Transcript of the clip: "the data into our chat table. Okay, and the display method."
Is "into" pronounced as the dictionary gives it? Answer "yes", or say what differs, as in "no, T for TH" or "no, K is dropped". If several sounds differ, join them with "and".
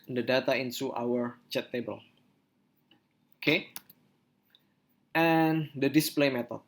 no, S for T